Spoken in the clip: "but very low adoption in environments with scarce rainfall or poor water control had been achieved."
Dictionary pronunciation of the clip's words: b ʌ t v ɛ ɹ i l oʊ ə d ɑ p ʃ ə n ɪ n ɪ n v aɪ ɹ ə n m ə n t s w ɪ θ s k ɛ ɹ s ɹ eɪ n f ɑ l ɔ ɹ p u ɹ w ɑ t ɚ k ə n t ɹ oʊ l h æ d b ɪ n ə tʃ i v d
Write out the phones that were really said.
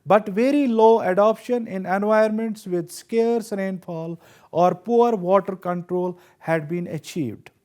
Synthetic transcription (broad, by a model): b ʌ t v ɛ ɹ i l oʊ ə d ɑ p ʃ ə n ɪ n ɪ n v aɪ ə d m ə n t s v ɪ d s k ɛ ɹ s ɹ eɪ n f ɑ l ɔ ɹ p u ɹ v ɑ t ɚ k ə n t ɹ oʊ l h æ d b ɪ n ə tʃ i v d